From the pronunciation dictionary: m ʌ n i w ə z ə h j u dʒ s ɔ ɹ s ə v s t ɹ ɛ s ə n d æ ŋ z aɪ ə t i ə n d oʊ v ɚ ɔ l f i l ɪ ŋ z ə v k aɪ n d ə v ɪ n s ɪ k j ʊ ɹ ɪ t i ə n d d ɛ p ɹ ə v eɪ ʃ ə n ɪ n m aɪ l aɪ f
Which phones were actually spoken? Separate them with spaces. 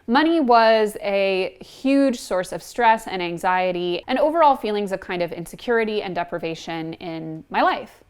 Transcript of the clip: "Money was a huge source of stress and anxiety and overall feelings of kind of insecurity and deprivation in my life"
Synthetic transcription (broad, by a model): m ʌ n i w ə z ə h j u dʒ s ɔ ɹ s ə v s t ɹ ɛ s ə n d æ ŋ z aɪ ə t i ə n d oʊ v ɚ ɔ l f i l ɪ ŋ z ə v k aɪ n d ə v ɪ n s ɪ k j ʊ ɹ ɪ t i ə n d d ɛ p ɹ ə v eɪ ʃ ə n ɪ n m aɪ l aɪ f